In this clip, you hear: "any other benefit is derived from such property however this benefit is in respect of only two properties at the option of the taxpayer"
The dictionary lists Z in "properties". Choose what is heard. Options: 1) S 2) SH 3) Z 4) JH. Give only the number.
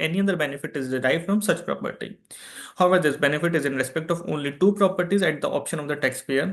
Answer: 3